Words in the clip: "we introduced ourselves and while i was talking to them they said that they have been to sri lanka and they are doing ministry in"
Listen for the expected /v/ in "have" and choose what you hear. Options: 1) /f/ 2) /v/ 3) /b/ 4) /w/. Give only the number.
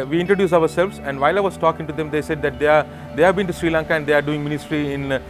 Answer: 2